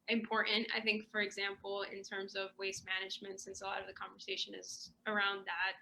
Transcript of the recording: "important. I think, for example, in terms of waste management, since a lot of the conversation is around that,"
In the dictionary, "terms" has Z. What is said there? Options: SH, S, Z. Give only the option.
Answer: Z